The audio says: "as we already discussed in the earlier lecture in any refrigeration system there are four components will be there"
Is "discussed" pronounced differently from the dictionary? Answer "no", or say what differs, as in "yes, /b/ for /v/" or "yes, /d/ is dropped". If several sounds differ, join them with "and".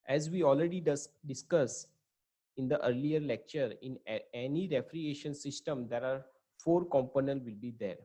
yes, /t/ is dropped